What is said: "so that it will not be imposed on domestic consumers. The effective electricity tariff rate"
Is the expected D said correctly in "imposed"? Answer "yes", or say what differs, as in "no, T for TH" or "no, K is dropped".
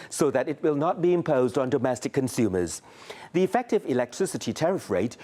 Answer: yes